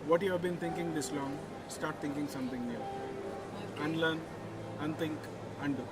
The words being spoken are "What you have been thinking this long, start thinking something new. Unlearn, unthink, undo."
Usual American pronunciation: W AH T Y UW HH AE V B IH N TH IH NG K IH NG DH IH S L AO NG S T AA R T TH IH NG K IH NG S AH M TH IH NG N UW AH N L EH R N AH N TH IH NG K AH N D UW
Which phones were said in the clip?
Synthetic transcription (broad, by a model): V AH T Y UW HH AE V B IH N T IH NG K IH NG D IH S L AO NG S T AA R T T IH NG K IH NG S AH M T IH NG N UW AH N L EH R N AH N T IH NG K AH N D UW